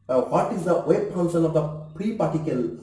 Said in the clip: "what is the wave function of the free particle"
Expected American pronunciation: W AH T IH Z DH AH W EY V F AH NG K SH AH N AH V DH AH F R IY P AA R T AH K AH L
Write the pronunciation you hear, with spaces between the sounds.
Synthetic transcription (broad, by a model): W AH T IH Z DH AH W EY B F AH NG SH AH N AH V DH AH P R IY P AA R T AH K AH L